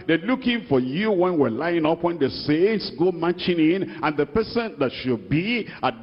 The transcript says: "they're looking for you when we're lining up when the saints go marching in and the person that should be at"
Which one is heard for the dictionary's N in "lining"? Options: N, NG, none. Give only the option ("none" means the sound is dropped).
none